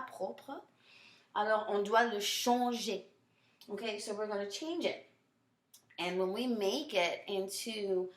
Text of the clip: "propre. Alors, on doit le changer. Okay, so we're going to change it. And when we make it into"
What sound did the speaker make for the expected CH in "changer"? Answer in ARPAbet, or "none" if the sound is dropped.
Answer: SH